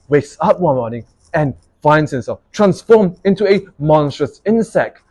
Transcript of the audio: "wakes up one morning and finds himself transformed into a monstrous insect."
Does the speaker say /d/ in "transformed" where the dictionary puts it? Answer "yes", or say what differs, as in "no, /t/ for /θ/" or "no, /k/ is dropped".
no, /d/ is dropped